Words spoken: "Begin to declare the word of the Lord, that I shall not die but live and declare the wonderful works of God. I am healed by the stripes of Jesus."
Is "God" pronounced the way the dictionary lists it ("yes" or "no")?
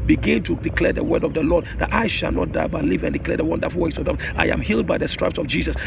no